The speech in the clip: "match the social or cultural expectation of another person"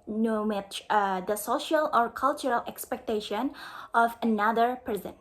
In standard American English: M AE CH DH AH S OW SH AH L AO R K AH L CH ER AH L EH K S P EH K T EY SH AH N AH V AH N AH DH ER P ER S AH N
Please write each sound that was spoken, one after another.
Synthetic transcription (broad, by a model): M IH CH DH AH S OW SH AH L AO R K AH L CH ER AH L EH K S P EH K T EY SH AH N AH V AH N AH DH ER P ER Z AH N